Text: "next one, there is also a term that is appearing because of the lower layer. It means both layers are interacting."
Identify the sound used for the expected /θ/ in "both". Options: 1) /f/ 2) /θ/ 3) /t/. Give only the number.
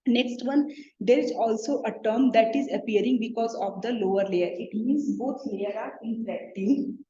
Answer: 3